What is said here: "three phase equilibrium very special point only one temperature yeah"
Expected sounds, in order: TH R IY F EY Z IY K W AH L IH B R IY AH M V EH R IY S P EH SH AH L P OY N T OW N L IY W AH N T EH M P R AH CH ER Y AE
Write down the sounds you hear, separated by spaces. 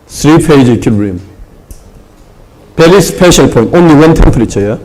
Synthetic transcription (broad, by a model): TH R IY P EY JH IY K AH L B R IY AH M P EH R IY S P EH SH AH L P OY N T OW N L IY W AH N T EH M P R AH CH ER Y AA